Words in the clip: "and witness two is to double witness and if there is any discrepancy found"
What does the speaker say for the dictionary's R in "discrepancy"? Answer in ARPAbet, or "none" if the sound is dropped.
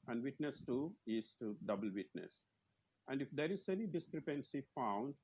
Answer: R